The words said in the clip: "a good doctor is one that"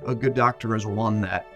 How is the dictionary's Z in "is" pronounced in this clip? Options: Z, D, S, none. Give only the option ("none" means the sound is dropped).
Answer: Z